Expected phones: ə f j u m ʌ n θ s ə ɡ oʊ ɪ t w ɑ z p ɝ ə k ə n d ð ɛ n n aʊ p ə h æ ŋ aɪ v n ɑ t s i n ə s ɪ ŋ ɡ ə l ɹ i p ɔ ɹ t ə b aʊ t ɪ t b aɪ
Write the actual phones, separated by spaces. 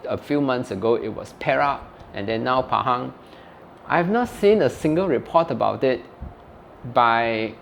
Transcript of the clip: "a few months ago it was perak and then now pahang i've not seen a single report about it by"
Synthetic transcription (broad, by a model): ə f j u m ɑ n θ s ə ɡ oʊ ɪ t w ɑ s p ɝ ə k ə n d ɛ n n aʊ p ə h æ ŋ aɪ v n ɑ t s i n ə s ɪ ŋ ɡ ə l ɹ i p ɔ t ə b aʊ t ɪ t b aɪ